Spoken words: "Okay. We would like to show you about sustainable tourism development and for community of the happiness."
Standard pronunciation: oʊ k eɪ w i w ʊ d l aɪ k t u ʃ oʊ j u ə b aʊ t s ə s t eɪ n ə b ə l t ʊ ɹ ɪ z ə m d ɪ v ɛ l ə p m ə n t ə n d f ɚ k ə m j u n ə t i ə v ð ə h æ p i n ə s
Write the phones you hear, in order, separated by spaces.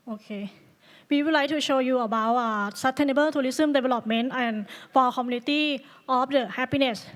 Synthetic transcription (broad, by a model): oʊ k eɪ w i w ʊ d l aɪ k t u ʃ oʊ j u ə b aʊ t s ə s t eɪ n ə b ə l t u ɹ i s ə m d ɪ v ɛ l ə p m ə n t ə n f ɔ k ə m j u n ə t i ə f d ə h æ p i n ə s